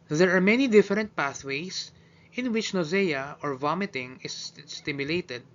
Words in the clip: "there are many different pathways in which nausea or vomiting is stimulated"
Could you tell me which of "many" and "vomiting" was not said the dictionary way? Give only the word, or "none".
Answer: none